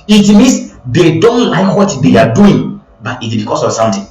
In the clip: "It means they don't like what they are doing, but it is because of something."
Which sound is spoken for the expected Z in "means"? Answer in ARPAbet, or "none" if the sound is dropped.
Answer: S